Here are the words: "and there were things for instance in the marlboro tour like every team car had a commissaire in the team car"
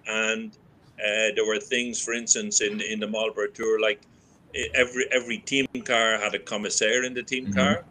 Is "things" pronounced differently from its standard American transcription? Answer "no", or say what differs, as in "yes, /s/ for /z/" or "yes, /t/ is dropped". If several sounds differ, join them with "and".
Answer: no